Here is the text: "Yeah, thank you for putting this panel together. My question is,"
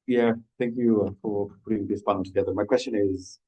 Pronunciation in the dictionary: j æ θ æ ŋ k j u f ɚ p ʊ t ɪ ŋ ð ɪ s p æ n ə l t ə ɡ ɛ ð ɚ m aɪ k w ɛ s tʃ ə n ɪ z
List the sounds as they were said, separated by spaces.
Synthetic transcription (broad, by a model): j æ θ æ ŋ k j u f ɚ p ʊ t ɪ ŋ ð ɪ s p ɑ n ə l t ə ɡ ɛ ð ɚ m aɪ k w ɛ s tʃ ə n ɪ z